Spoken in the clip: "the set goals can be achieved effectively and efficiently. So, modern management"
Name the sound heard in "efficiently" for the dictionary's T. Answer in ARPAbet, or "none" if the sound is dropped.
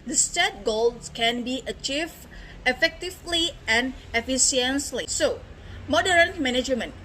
S